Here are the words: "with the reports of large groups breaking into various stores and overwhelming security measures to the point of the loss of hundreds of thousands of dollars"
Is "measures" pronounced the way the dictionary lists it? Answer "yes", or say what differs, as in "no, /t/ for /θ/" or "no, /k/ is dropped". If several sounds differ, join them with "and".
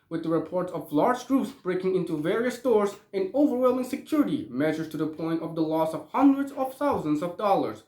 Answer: no, /z/ is dropped